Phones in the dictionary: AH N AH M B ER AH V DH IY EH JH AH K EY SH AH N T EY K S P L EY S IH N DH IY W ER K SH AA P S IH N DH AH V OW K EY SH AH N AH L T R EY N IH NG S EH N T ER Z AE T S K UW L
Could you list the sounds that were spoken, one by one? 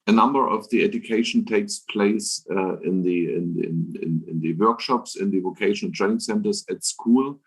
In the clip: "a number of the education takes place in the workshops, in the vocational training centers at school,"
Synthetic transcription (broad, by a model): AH N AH M B ER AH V DH IY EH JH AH K EY SH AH N T EY K S P L EY S IH N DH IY W ER K SH AA P S IH N DH AH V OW K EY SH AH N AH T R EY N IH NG S EH N T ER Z AE T S K UW L